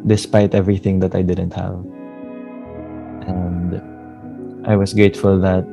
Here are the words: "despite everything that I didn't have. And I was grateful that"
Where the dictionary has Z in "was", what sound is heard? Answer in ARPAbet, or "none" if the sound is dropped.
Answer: S